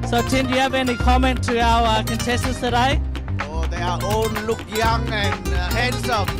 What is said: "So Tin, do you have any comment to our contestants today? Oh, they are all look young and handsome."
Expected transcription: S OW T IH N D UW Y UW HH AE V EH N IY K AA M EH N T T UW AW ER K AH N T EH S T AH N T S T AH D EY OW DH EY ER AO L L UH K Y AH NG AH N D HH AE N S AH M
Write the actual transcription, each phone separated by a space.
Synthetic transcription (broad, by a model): S OW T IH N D Y UW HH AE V EH N IY K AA M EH N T T UW AW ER K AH N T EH S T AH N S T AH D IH OW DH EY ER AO N L UH K Y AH NG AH N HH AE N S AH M